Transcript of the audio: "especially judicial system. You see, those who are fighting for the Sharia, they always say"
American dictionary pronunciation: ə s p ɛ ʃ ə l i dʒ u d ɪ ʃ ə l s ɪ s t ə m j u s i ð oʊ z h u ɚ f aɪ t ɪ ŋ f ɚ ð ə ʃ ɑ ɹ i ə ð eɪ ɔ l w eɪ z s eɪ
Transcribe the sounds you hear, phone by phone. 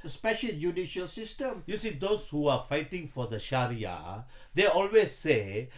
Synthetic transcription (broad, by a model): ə s p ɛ ʃ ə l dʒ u d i ʃ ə l s ɪ s t ə m j u s i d oʊ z h u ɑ f aɪ t ɪ ŋ f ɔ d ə ʃ ɑ ɹ i ə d eɪ ɔ l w eɪ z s eɪ